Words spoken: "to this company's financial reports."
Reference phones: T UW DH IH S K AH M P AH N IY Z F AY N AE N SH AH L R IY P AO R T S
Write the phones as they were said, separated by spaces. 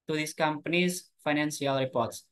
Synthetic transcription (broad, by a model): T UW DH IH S K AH M P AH N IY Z F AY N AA N S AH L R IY P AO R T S